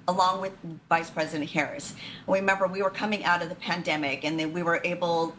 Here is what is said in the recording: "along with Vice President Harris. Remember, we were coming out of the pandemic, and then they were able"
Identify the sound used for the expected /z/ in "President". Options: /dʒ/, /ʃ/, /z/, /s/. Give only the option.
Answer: /z/